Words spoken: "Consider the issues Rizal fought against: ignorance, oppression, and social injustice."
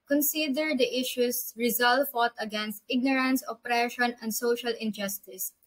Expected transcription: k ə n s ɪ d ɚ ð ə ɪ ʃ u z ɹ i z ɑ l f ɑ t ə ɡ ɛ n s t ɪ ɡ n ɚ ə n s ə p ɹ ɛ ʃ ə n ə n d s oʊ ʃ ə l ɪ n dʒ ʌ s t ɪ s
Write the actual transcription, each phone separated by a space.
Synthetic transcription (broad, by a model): k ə n s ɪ d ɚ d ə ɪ ʃ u s ɹ i z ɑ l f ɑ t ə ɡ ɛ n s t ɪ ɡ n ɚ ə n s ə p ɹ ɛ ʃ ə n ə n d s oʊ ʃ ə l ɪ n dʒ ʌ s t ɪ s